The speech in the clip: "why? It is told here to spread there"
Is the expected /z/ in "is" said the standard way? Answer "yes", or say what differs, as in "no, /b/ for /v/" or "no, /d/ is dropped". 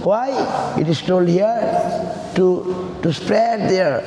no, /s/ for /z/